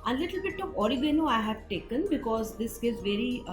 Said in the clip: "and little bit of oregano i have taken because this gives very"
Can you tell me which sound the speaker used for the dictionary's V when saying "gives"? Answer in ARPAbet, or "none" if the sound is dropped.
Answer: none